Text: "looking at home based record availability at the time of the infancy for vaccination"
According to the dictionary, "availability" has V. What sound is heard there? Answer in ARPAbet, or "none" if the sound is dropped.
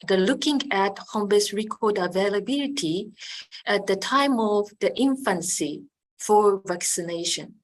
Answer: V